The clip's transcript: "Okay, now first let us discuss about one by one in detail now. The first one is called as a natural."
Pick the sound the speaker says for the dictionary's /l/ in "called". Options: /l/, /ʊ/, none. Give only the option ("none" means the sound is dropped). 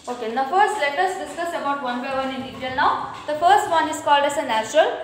/l/